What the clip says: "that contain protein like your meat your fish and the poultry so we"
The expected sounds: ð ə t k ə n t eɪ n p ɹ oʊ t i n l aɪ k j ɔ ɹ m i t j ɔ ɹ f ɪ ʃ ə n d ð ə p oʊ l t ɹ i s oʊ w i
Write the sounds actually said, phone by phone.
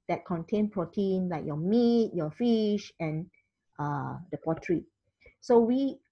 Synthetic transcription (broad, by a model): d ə t k ə n t eɪ n p ɹ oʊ t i n l aɪ k j ɔ m i t j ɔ f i ʃ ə n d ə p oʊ t ɹ i s oʊ w i